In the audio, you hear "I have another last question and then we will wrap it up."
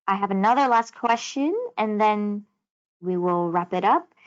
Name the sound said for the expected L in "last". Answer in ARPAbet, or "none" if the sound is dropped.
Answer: L